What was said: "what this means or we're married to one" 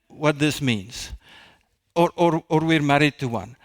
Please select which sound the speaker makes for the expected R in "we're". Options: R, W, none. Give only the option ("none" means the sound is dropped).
R